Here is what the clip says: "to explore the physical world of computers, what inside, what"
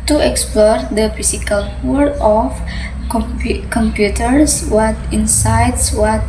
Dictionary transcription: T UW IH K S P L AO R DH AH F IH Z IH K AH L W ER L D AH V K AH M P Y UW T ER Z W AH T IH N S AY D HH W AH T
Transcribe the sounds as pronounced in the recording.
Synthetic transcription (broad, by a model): T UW IH K S P L AO R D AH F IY S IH K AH L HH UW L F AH P K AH M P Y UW T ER S W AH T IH N S AY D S W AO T